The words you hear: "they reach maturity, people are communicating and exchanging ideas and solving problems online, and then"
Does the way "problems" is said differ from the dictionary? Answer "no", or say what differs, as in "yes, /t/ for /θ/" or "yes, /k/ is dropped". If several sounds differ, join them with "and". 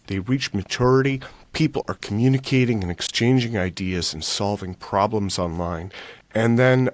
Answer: no